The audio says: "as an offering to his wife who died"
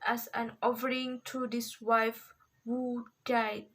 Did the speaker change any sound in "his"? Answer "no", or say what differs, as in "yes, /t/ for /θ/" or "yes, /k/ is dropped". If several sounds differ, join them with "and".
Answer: yes, /s/ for /z/